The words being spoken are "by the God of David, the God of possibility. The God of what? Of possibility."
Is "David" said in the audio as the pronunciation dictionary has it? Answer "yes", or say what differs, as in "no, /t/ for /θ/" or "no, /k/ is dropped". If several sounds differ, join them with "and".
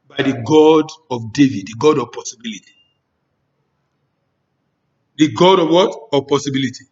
yes